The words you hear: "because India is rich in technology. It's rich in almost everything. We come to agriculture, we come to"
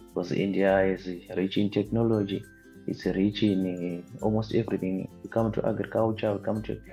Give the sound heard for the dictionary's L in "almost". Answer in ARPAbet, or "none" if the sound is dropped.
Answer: L